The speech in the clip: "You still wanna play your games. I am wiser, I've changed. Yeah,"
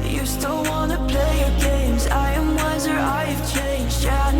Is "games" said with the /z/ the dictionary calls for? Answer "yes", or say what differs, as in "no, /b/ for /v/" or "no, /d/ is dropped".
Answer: yes